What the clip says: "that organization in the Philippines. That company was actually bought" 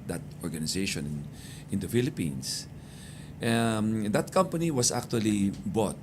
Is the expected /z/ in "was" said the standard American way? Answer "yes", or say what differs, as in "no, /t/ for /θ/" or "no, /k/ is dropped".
no, /s/ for /z/